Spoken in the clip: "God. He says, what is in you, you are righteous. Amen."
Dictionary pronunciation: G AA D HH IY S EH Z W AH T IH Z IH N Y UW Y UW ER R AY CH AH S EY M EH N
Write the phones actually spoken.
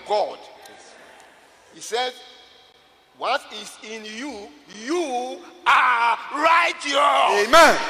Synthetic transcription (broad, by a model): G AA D HH IY S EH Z W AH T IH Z IH N Y UW Y UW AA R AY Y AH EY M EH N